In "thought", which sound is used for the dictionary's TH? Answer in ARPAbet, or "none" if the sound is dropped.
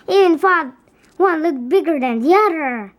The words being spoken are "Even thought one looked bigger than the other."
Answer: F